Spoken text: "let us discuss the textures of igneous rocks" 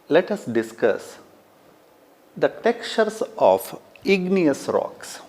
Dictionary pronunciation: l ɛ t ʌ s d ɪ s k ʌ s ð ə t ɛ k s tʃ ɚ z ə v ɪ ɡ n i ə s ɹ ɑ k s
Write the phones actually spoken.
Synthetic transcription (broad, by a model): l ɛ t ʌ s d ɪ s k ʌ s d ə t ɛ k tʃ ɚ s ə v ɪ ɡ n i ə s ɹ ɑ k s